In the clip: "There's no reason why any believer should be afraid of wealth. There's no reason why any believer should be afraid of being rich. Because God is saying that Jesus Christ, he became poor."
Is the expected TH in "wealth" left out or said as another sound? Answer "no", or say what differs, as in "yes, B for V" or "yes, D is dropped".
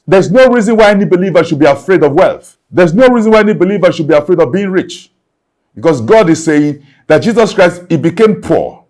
no